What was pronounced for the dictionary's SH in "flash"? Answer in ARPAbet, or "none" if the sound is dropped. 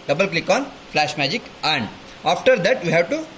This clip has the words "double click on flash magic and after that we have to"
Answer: SH